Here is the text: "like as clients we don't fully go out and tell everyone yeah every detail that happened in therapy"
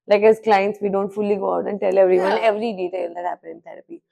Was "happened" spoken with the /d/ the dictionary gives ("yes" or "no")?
no